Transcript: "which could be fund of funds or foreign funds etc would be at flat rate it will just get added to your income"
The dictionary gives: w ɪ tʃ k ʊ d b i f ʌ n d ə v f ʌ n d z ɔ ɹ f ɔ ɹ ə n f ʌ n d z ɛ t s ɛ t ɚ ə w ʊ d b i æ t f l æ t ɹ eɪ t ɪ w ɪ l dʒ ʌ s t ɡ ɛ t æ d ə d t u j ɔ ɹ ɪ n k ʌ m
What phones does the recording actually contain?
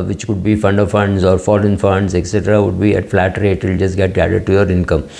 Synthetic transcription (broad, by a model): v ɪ tʃ k ʊ d b i f ʌ n d ə v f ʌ n d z ɔ ɹ f ɔ l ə n f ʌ n d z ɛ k s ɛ t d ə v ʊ d b i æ t f l æ t ɹ eɪ t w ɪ l dʒ ʌ s t ɡ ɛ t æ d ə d t u j ɔ ɹ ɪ n k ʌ m